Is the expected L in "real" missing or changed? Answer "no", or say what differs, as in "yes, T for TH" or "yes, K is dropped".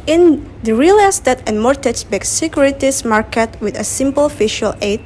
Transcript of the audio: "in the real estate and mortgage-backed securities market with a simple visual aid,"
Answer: no